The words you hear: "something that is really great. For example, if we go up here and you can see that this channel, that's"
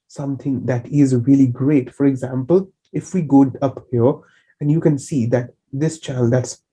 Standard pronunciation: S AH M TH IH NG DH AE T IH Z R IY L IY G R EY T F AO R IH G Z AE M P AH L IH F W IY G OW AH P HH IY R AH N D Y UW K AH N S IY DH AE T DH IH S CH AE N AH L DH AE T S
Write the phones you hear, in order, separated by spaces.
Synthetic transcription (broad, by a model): S AH M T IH NG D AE T IH Z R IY L IY G R EY T F AO R IH G Z AE M P AH L IH F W IY G OW AH P HH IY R AH N D Y UW K AH N S IY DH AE T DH IH S CH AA AH L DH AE T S